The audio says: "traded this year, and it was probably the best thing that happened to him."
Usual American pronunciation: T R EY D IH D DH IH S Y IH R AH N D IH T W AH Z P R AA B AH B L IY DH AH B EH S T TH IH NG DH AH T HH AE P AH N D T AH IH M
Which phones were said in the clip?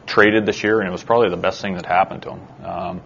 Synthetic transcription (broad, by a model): T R EY D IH D DH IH SH Y IH R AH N IH T W AH Z P R AA B AH B L IY DH AH B EH S T TH IH NG DH AH T HH AE P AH N T AH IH M